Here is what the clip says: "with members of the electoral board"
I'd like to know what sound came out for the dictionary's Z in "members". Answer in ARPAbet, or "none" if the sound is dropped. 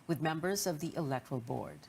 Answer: Z